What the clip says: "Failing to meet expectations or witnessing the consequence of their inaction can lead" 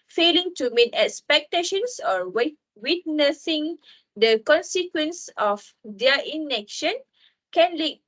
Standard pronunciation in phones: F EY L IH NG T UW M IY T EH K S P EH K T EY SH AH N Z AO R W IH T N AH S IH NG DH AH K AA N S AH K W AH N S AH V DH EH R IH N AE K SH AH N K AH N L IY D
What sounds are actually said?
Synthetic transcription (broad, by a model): F EY L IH NG T UW M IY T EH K S P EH K T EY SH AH N S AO W W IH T N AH S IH NG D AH K AA N S AH K W AH N S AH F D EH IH N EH K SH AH N K AH N L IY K